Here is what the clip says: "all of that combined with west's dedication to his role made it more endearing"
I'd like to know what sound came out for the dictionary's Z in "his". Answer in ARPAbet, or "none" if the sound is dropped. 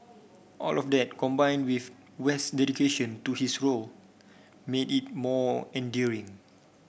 S